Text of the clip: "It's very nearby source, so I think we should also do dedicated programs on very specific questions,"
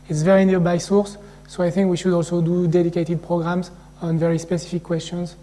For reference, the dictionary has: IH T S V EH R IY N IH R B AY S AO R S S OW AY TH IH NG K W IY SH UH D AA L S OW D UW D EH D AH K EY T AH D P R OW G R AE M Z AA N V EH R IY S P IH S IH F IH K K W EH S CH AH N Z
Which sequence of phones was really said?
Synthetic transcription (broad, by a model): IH T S V EH R IY N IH B AY S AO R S S OW AY TH IH NG K W IY SH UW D AA L S OW D UW D EH D AH K EY T AH D P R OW G R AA M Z AA N V EH R IY S P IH S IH F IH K K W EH S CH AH N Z